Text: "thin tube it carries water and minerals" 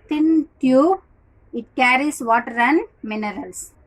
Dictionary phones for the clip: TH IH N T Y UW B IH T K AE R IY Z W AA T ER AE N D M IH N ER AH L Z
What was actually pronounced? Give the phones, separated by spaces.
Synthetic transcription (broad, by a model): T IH N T Y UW IH T K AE R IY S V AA T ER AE N M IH N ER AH L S